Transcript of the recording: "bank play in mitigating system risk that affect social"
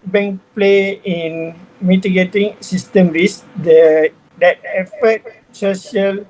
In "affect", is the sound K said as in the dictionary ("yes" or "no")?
no